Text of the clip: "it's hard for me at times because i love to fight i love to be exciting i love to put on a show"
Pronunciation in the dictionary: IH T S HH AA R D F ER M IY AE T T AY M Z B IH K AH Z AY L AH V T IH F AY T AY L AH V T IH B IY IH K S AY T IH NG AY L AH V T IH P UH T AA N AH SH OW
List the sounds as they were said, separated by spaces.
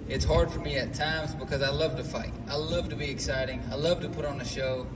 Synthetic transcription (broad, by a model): IH T S HH AA R D F ER M IY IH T T AY M Z B IH K AH Z AY L AH V T IH F AY T AY L AH V T IH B IY IH K S AY T IH NG AY L AH V T IH P UH T N AH SH OW